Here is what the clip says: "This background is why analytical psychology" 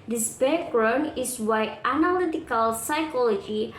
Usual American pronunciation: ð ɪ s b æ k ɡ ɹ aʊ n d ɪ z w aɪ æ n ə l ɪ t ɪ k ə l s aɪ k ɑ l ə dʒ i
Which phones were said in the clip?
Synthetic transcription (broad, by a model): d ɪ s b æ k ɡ ɹ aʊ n ɪ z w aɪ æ n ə l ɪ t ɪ k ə l s aɪ k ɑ l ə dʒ i